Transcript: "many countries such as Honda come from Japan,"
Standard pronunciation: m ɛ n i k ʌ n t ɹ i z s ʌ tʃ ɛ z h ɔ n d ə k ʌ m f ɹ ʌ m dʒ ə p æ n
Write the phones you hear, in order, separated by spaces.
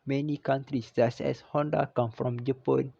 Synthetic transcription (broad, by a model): m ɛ n i k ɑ n t ɹ i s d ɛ s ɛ s h ɔ n d ə k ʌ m f ɹ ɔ m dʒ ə p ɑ n